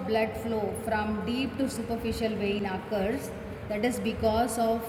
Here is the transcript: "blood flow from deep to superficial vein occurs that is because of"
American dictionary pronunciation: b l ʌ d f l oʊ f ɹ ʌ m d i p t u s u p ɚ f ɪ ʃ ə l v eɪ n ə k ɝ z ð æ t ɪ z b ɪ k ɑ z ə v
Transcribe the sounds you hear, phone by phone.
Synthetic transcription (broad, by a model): b l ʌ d f l oʊ f ɹ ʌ m d i p t u s u p ɚ f ɪ ʃ ə l v eɪ n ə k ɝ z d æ t ɪ z b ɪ k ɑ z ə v